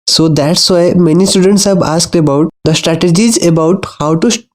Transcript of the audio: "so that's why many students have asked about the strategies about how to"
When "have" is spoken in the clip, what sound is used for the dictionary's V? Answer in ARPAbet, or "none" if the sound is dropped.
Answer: B